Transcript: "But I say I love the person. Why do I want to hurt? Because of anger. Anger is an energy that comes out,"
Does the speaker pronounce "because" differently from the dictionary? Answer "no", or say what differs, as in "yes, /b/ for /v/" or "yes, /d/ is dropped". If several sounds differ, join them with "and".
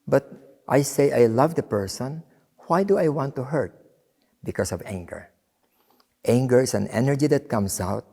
yes, /s/ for /z/